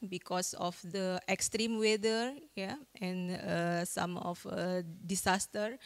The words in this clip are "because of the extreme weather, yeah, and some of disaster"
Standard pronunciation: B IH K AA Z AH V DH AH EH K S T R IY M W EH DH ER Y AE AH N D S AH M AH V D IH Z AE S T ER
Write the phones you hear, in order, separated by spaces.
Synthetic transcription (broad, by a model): B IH K AA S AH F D AH EH K S T R IY M W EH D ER Y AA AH N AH S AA M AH F D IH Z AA S T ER